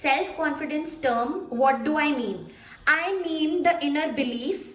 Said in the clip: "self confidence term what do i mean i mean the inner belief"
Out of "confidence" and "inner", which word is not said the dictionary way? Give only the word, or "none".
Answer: none